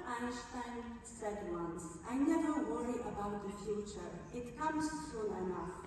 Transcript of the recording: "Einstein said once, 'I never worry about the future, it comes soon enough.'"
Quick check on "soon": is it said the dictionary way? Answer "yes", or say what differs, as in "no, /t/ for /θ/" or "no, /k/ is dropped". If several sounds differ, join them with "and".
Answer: no, /l/ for /n/